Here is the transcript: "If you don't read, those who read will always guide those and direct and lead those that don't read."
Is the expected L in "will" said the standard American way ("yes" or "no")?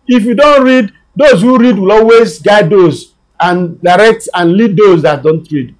yes